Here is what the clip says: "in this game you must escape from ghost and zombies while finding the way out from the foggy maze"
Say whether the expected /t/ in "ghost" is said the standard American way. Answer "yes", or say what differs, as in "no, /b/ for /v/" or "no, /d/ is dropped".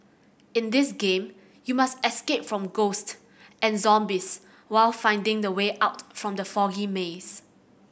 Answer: yes